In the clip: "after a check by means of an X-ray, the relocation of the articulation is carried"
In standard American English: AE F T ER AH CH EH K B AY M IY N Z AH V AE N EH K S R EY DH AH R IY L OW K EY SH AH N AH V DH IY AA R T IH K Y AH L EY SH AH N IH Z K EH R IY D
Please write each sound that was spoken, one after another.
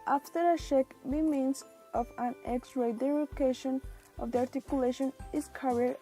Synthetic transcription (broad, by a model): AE F T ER AH SH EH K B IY M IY N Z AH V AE N EH K S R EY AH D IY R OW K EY SH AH N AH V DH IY AA R T IH K Y AH L EY SH AH N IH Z K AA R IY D